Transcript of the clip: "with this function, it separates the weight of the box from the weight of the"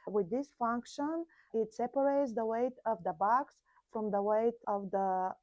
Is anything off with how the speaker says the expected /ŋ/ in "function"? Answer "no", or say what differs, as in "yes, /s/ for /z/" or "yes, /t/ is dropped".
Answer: no